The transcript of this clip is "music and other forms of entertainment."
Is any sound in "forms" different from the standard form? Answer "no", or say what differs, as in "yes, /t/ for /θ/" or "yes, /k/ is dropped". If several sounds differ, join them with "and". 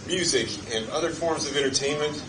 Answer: no